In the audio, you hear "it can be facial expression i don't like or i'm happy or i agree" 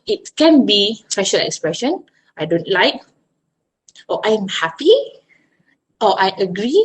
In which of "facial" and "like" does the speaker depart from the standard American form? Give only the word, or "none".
facial